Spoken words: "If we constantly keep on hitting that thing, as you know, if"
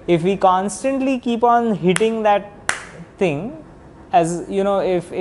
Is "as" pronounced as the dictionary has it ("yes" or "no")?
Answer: yes